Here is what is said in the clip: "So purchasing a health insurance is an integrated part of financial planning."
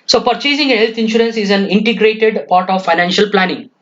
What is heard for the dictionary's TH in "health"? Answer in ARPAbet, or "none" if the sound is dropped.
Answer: T